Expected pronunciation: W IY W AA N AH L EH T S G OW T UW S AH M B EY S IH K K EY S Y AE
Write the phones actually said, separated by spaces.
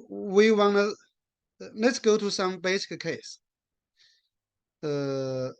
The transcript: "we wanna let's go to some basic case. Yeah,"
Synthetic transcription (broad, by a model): W IY W AA N AH L EH T S G OW T UW S AH M B EY S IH K K EY S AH